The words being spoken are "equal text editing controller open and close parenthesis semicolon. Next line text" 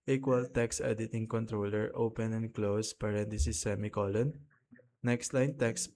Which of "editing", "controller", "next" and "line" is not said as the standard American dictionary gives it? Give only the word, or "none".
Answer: none